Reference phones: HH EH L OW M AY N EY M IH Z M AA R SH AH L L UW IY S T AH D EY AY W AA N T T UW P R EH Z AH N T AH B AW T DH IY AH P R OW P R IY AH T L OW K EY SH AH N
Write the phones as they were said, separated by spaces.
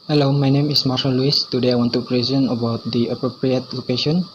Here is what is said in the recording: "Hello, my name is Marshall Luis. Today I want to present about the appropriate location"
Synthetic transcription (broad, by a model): HH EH L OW M AY N EY M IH S M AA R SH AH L L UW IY S T AH D EY AY W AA N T T UW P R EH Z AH N AH B AW T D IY AH P R OW P R IY AH T L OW K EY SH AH N